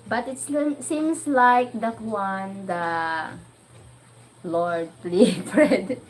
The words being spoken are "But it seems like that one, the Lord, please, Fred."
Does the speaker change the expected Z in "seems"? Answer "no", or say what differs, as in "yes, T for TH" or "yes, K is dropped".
yes, S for Z